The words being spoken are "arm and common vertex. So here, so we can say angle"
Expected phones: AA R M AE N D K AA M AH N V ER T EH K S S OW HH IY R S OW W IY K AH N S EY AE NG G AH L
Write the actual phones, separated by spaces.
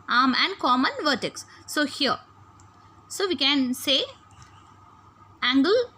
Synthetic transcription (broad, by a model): AA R M AE N D K AA M AH N V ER T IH K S S OW HH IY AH S OW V IY K AH N S EY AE NG G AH L